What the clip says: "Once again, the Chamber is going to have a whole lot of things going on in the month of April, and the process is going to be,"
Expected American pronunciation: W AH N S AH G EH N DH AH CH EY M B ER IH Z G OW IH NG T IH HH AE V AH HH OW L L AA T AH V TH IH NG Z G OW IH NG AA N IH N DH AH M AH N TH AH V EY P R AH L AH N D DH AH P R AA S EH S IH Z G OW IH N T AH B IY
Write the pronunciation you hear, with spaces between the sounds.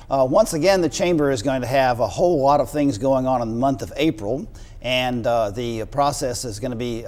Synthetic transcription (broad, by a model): W AH N S AH G EH N DH AH CH EY M B ER IH Z G OW IH NG T IH V AH HH OW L L AA T AH V TH IH NG Z G OW IH NG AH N IH N DH AH M AH N TH AH V EY P R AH L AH N DH AH P R AA S EH S IH Z G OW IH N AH B IY